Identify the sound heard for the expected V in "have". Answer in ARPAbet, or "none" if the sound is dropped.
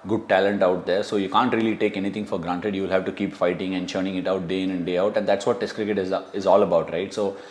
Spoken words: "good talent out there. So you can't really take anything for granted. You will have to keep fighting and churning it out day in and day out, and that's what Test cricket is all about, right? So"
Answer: V